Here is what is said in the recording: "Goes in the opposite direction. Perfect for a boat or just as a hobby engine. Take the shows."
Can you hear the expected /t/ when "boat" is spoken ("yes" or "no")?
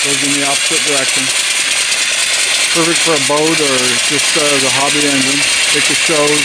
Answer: yes